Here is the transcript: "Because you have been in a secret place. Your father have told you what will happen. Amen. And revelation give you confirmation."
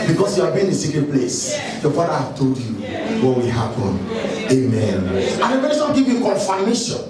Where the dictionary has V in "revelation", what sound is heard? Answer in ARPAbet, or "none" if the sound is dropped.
P